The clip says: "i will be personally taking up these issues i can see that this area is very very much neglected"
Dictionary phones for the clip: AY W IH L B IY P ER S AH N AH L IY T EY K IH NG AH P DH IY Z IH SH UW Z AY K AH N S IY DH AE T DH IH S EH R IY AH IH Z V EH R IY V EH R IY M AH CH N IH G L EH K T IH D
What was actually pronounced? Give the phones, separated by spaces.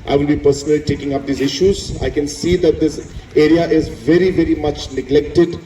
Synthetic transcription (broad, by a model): AY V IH L B IY P ER S AH N AH L IY T EY K IH NG AH P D IY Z IH SH UW Z AY K AH N S IY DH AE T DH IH S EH R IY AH IH Z V EH R IY V EH R IY M AH CH N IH G L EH K T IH D